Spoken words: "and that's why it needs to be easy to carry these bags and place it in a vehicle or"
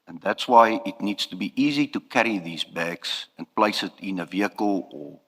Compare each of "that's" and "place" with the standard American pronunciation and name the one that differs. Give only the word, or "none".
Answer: none